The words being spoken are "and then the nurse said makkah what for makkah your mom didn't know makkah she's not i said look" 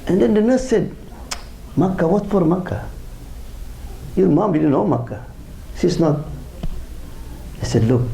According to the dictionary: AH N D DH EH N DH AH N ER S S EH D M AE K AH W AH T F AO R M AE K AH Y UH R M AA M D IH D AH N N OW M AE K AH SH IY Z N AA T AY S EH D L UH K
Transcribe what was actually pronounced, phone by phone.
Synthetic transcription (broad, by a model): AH N D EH N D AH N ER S S EH D M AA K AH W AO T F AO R M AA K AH Y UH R M AA M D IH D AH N N OW M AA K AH S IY S N AA T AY S EH D L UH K